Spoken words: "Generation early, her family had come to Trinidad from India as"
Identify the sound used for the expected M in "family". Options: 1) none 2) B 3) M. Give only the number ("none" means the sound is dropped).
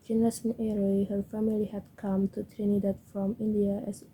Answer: 3